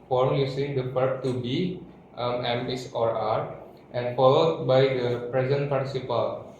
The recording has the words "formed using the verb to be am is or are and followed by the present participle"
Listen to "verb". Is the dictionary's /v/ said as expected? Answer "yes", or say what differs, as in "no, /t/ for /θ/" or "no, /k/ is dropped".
no, /p/ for /v/